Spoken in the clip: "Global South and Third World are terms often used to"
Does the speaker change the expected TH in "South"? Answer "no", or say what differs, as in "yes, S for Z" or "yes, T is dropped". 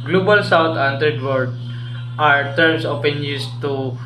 yes, T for TH